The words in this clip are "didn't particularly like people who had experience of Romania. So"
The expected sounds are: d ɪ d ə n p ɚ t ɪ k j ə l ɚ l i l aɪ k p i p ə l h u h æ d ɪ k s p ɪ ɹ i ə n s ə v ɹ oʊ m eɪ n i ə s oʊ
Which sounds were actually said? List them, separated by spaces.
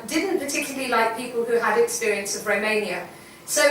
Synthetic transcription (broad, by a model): d ɪ d n p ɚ t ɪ k j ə l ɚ l i l aɪ k p i p ə l h u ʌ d ɪ k s p ɪ ɹ i ə n s ə v ɹ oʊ m eɪ n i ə s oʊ